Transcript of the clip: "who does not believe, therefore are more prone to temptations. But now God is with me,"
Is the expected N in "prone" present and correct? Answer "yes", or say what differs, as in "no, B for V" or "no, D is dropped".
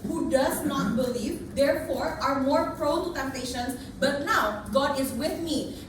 no, L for N